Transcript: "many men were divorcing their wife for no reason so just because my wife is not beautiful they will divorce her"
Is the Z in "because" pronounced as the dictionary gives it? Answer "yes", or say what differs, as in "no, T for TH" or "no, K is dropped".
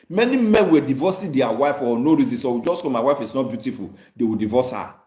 no, Z is dropped